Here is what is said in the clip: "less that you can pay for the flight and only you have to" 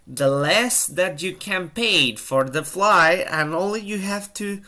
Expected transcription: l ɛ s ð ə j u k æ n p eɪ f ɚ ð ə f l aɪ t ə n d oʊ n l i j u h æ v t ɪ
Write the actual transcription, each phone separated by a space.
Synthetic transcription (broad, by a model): l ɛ s ð ə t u k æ n p eɪ f ɚ ð ə f l aɪ ə n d oʊ n l i j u h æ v t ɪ